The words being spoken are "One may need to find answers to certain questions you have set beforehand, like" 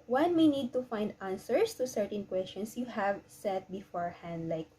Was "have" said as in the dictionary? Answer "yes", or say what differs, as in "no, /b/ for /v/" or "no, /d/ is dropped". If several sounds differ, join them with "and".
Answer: yes